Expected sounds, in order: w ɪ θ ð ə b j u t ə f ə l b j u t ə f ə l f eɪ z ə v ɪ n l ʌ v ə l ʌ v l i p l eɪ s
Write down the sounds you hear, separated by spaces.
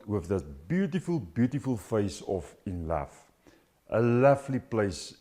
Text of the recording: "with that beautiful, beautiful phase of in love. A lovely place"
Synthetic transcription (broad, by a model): w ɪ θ ð ə b j u t ə f ə l b j u t ə f ə l f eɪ s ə f ɪ n l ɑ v ə l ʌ f l i p l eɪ s